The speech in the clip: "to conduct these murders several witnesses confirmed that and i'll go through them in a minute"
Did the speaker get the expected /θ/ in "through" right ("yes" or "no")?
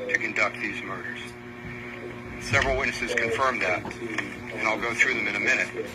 yes